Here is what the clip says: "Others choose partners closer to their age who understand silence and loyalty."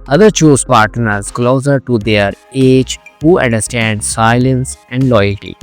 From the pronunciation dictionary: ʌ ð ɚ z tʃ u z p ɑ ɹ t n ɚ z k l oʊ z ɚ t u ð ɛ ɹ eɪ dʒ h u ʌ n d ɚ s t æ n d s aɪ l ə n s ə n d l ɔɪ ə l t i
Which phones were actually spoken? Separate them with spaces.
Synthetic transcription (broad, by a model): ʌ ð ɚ tʃ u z p ɑ ɹ t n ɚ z k l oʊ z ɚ t u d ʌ ɹ eɪ dʒ h u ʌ n d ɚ s t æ n d s aɪ l ə n s ə n d l ɔɪ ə l t i